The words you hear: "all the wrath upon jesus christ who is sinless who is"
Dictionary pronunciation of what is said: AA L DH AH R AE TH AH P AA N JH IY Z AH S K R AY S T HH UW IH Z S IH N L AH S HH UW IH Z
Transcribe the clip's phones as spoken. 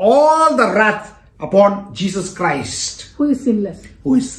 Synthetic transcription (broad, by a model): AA L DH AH R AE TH AH P AA N JH IY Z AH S K R AY S T HH UW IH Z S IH L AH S HH UW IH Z